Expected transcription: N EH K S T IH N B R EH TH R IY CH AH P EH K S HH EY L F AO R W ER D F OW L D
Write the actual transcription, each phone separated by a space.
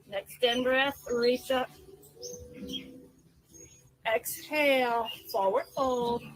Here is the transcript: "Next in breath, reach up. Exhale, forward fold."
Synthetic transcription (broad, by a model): N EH K S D IH N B R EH S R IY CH AH P EH K S HH EY L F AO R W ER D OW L